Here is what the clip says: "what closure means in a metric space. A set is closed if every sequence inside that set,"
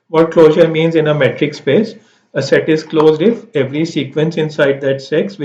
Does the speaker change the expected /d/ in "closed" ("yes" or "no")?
no